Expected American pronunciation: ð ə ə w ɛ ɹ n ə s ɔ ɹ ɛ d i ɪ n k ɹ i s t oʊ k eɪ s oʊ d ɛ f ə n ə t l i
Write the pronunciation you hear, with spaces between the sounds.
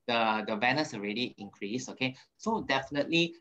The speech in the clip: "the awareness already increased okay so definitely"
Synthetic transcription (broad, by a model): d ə ə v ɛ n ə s ɔ ɹ ɛ d i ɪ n k ɹ i s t oʊ k eɪ s oʊ d ɛ f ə n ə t l i